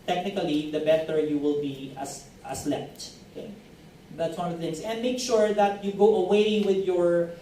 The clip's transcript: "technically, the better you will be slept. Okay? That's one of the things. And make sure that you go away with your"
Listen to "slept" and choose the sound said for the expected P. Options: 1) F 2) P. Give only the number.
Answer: 1